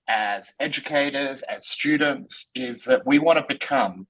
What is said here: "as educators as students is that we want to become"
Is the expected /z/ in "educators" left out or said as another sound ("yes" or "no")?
no